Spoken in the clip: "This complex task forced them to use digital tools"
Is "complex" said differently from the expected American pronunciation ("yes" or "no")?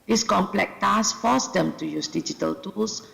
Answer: yes